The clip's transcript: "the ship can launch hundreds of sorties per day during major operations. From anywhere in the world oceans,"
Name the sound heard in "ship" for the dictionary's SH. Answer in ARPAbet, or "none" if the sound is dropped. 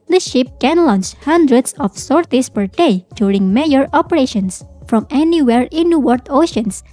SH